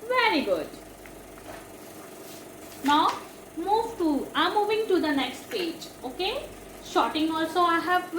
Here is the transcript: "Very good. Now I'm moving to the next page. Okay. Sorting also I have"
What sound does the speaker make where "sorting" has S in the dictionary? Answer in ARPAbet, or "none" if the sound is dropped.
SH